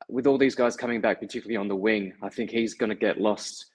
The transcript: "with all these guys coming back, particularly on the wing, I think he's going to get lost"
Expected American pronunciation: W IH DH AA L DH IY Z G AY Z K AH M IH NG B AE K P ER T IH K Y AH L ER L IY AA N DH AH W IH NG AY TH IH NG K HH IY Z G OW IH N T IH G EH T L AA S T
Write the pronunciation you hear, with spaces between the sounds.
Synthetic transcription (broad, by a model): W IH DH AA L DH IY Z G AY Z K AH M IH NG B AE K P ER T IH K Y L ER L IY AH N DH AH W IH NG AY TH IH NG K HH IY Z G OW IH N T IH G EH T L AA S T